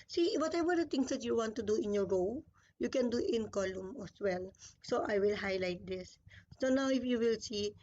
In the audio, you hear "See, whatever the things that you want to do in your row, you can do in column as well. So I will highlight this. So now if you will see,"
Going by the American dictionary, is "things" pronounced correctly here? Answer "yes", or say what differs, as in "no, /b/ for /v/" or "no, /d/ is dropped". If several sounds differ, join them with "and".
no, /t/ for /θ/